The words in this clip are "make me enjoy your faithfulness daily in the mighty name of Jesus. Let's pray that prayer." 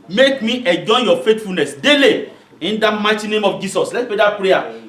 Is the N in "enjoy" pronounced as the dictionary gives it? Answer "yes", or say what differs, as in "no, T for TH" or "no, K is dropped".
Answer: no, N is dropped